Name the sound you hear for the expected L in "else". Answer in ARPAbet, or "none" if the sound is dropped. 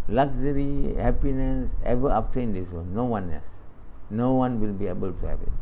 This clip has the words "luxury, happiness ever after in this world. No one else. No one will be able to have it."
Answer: none